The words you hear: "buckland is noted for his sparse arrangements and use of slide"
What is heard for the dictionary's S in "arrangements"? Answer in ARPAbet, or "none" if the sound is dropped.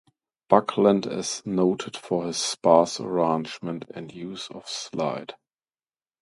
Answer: none